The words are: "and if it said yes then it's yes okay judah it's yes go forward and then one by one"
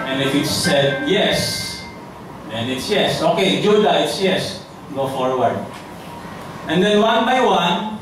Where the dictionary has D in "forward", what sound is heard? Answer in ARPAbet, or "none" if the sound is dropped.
none